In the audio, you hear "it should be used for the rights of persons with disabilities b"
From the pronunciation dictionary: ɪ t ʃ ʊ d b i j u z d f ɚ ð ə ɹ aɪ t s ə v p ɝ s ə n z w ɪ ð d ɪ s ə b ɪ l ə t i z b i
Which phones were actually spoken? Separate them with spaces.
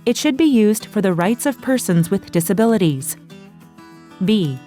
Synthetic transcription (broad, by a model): ɪ t ʃ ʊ d b i j u z d f ɚ ð ə ɹ aɪ t s ə v p ɝ s ə n z w ɪ ð d ɪ s ə b ɪ l ə t i z b i